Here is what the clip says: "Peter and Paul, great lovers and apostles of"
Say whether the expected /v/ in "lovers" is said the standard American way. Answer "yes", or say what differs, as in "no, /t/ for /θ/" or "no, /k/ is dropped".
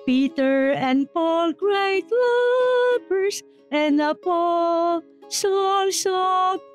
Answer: no, /p/ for /v/